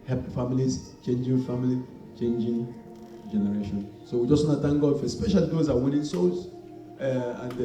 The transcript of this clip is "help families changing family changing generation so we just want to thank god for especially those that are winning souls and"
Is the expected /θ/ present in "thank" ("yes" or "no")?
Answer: no